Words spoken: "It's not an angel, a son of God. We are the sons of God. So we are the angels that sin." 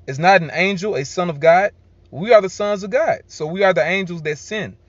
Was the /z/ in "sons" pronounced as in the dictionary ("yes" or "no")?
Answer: yes